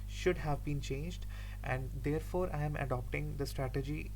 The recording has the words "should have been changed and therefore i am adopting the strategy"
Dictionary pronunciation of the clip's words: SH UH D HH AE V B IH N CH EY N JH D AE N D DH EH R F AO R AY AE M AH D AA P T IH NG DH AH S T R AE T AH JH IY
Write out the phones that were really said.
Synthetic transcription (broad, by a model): SH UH D HH AE V B IH N CH EY N JH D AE N D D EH R F AO R AY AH M AH D AA P T IH NG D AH S T R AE T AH JH IY